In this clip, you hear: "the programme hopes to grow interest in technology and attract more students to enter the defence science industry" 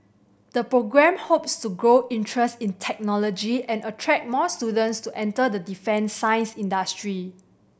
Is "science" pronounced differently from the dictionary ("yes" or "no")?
no